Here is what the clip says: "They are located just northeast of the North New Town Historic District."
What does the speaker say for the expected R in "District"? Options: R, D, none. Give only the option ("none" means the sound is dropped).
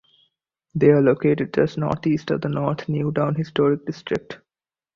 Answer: R